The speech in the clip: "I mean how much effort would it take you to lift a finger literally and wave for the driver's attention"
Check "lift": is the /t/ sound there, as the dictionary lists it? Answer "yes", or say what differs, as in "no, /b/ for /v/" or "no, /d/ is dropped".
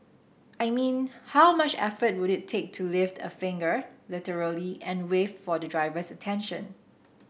yes